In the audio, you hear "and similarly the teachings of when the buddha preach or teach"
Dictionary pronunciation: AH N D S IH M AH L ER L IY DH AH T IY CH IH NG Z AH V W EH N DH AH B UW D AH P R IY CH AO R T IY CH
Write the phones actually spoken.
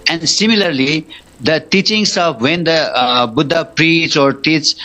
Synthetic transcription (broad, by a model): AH N D S IH M AH L ER L IY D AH T IY CH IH NG S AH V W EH N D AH B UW D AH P R IY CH AO R T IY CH